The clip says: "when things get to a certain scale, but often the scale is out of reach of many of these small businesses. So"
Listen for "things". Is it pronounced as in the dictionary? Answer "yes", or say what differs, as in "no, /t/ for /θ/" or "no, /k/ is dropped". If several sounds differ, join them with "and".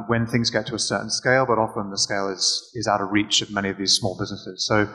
yes